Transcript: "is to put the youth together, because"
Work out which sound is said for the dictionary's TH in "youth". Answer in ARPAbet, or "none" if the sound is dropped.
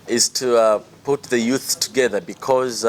TH